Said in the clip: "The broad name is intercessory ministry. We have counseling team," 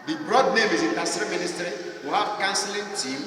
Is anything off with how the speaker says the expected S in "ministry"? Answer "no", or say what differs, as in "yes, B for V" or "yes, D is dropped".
no